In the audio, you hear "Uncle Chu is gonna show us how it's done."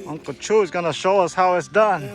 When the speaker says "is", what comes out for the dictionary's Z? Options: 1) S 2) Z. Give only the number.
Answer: 2